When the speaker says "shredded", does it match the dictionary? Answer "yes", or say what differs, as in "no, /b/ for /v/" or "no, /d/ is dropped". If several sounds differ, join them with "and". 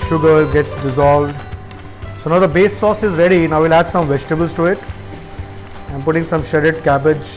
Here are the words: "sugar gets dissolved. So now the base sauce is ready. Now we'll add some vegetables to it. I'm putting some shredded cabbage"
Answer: no, /ɹ/ is dropped